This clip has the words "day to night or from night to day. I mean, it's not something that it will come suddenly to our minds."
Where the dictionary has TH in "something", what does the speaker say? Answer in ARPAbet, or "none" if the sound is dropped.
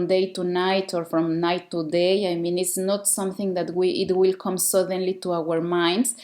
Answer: TH